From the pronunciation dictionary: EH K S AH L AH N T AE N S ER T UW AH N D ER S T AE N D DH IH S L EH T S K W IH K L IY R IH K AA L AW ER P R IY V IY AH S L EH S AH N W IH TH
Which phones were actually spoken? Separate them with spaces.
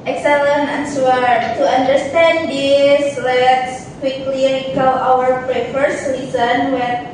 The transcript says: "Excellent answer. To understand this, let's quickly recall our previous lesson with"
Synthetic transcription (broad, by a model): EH K S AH L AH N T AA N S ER T UW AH N D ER S T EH N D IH S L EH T S K W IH K L IY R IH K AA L AW ER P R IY F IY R S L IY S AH N W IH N